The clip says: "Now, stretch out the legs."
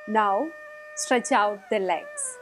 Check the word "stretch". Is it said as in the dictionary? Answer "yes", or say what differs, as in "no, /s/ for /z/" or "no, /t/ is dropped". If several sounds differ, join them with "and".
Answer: yes